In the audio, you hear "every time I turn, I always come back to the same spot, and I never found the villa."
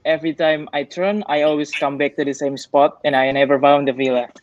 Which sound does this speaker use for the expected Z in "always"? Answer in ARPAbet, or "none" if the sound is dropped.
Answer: S